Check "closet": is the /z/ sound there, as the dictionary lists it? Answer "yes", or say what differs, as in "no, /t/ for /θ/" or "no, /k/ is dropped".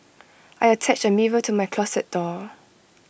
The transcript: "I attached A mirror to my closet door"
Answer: no, /s/ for /z/